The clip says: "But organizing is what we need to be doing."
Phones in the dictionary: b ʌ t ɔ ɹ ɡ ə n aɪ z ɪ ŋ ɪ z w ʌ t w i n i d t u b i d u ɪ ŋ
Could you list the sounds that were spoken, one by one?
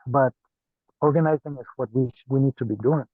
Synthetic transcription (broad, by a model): b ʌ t ɔ ɹ ɡ ə n aɪ z ɪ ŋ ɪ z w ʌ t w i n i d t u b i d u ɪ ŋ